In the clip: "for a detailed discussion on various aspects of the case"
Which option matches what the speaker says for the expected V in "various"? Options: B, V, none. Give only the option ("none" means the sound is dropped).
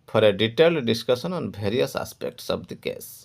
B